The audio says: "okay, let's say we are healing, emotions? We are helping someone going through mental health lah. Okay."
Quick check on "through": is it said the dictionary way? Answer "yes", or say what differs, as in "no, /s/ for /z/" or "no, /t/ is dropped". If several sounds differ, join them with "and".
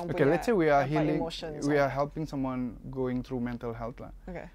no, /t/ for /θ/